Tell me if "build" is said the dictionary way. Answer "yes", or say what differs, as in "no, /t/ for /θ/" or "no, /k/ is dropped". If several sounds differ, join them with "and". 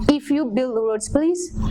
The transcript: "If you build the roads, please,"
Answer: yes